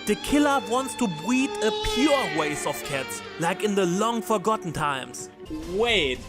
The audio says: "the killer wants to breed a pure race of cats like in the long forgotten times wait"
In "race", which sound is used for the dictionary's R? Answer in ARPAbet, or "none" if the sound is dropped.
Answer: W